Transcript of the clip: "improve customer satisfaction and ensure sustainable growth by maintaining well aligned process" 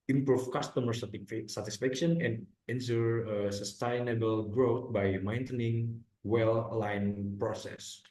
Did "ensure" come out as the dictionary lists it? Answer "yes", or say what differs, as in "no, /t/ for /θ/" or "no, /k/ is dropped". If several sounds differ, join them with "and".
no, /s/ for /ʃ/